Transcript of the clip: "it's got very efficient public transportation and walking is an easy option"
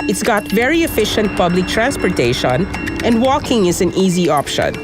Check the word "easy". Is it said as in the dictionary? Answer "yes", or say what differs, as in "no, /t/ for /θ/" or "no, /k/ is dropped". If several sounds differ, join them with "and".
yes